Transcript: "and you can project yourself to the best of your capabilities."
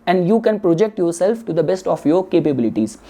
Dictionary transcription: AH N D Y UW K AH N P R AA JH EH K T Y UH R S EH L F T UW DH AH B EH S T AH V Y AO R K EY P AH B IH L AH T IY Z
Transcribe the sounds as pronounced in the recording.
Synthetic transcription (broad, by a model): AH N D Y UW K AH N P R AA JH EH K T Y UH R S EH L F T UW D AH B EH S T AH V Y AO R K EY P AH B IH L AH T IY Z